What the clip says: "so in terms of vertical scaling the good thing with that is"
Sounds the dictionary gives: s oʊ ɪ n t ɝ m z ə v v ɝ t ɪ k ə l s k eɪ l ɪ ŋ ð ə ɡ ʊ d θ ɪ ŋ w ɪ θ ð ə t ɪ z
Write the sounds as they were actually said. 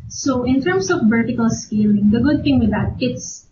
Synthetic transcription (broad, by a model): s oʊ ɪ n t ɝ m s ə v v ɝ t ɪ k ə l s k eɪ l ɪ ŋ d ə ɡ ʊ d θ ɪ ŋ w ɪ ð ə t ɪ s